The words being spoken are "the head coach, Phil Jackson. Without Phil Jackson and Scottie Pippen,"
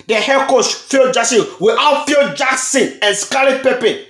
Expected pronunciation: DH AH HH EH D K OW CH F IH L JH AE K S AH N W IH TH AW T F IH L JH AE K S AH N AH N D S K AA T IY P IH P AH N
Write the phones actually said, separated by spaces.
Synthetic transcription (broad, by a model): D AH HH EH K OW S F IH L JH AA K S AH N W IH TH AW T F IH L JH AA K S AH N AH N S K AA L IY P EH P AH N